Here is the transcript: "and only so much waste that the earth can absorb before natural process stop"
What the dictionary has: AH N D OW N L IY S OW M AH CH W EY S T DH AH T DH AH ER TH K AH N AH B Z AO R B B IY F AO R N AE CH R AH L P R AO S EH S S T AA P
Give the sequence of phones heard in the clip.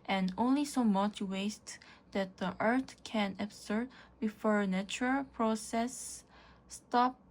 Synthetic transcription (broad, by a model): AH N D OW N L IY S OW M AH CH W EY S T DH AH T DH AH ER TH K AH N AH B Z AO R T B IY F AO R N AE CH R AH L P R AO S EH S S T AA P